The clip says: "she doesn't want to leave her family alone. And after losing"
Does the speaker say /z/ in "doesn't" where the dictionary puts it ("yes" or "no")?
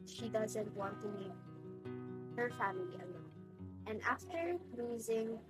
yes